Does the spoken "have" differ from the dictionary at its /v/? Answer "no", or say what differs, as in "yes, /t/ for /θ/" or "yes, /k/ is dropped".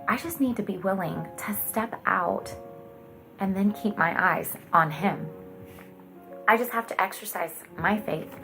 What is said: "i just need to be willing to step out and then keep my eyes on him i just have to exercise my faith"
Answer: yes, /f/ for /v/